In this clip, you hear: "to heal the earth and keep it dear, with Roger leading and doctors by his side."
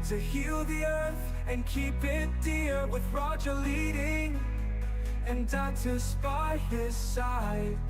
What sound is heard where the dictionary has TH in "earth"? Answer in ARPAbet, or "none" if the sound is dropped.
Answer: TH